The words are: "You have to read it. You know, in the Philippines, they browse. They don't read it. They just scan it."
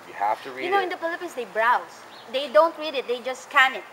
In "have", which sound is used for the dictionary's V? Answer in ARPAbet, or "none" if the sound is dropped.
F